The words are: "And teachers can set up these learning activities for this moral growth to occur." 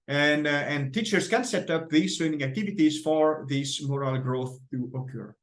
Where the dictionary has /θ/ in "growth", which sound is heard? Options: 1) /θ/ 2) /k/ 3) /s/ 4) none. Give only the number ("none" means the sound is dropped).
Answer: 1